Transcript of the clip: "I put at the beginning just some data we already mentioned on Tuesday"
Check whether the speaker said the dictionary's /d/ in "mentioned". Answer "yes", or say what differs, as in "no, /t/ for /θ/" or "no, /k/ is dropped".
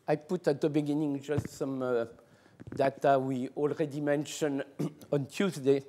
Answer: no, /d/ is dropped